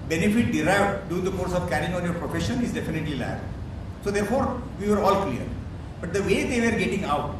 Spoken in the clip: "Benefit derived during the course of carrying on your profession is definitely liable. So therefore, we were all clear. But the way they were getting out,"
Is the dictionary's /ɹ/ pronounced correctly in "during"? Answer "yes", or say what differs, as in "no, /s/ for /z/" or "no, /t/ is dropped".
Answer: no, /ɹ/ is dropped